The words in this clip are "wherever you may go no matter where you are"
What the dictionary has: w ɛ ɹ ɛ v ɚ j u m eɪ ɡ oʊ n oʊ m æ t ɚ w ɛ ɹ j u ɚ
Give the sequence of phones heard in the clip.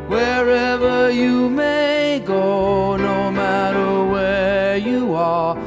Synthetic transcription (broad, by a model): w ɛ ɹ ɛ v ɚ j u m eɪ ɡ oʊ n oʊ m æ t ɚ w ɛ ɹ j u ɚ